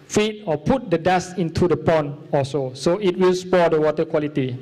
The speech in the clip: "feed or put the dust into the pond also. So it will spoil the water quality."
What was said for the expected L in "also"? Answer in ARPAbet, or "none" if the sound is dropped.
none